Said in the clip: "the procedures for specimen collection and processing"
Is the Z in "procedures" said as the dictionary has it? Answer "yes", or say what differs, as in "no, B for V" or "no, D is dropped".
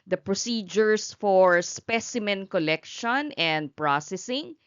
no, S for Z